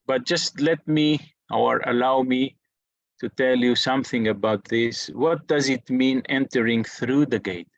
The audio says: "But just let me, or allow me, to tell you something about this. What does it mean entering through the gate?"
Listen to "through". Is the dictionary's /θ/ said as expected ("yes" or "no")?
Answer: yes